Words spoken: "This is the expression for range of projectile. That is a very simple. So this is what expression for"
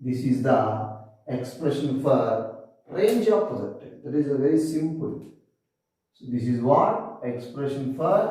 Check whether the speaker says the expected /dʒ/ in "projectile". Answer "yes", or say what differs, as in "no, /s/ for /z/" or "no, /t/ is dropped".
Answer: no, /z/ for /dʒ/